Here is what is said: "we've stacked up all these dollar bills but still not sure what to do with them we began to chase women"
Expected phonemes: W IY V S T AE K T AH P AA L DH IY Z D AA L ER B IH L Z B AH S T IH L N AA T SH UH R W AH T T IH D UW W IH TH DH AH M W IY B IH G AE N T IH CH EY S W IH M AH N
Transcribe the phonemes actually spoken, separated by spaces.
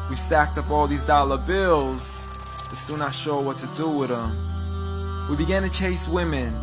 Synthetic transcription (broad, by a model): W IY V S T AE K T AH P AA L DH IY Z D AA L ER B IH L Z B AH S T IH L N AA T SH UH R W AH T T IH D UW W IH DH AH M W IY B IH G AE N T IH CH EY S W IH M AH N